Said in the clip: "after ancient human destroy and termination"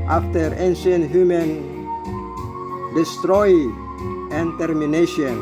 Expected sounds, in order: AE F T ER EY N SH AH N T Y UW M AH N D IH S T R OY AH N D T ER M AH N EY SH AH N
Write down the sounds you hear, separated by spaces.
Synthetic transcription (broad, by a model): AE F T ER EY N S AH N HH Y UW M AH N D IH S T R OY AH N T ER M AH N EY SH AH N